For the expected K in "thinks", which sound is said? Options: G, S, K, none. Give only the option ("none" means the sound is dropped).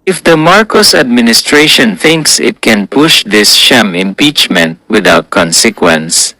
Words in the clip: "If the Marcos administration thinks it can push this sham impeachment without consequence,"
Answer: K